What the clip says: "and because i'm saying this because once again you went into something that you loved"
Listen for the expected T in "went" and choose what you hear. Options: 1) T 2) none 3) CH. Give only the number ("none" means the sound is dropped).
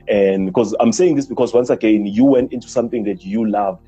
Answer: 1